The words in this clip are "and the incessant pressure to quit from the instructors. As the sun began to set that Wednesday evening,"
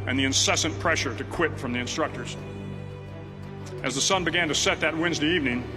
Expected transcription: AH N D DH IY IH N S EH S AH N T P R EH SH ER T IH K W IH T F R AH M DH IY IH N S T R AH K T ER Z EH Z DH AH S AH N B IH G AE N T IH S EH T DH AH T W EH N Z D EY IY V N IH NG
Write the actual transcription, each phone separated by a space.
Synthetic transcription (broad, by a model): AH N DH IY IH N S EH S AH N P R EH SH ER T IH K W IH T F R AH M DH IY IH N S T R AH K T ER Z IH Z DH AH S AH N B IH G AE N T IH S EH T DH AH T W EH N Z D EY IY V N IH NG